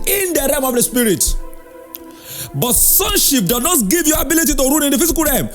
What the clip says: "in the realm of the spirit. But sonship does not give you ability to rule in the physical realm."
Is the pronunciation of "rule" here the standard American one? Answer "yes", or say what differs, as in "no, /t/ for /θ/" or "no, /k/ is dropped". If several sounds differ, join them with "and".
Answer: no, /n/ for /l/